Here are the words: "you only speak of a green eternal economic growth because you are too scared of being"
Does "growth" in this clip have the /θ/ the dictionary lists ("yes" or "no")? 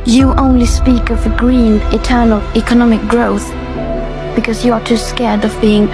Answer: yes